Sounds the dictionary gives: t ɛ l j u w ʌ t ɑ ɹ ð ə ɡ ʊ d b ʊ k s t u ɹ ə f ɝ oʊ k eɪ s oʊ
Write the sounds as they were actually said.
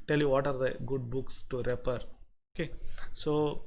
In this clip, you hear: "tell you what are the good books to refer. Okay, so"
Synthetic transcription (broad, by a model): t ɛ l j u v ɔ t ɑ ɹ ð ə ɡ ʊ d b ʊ k s t u ɹ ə p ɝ oʊ k eɪ s oʊ